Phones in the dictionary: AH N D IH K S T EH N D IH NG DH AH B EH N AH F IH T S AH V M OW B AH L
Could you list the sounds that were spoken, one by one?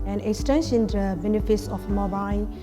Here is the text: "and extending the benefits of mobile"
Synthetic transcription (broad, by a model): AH N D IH K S T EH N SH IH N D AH B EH N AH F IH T S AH F M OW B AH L